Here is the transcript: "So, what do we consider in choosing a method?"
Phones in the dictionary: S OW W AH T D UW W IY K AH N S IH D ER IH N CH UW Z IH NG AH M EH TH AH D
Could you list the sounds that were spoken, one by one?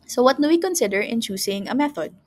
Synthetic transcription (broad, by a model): S OW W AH T D UW W IY K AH N S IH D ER IH N CH UW S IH NG AH M EH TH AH D